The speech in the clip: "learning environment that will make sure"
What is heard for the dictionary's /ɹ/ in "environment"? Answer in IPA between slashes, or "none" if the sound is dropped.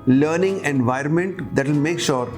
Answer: /ɹ/